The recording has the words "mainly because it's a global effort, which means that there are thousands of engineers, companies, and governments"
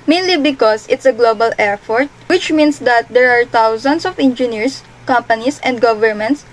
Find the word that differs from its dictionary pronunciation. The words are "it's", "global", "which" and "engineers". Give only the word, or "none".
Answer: engineers